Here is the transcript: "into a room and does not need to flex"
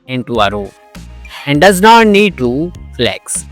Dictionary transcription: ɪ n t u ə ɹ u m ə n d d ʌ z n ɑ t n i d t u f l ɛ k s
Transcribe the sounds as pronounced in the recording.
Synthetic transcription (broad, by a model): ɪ n t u ə ɹ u ə n d d ʌ z n ɑ t n i d t u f l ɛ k s